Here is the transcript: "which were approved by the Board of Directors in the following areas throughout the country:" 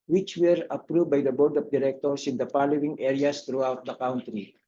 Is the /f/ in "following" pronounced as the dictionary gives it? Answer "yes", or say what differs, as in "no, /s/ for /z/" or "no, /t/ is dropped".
no, /p/ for /f/